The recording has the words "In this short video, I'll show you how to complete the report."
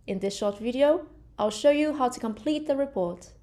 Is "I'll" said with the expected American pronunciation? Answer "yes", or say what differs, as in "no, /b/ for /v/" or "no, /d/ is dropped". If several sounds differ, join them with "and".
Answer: yes